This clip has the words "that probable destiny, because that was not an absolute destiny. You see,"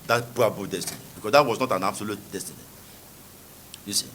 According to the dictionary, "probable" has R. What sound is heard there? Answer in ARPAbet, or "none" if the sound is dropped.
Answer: none